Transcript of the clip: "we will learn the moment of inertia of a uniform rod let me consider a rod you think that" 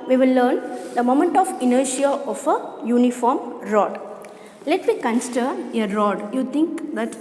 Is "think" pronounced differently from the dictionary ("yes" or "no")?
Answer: yes